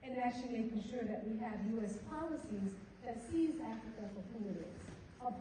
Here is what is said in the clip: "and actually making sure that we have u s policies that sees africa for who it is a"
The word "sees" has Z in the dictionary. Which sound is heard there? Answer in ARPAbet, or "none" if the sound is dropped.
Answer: Z